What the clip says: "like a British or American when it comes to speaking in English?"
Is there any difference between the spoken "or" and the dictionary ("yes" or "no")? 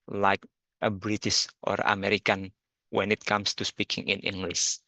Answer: no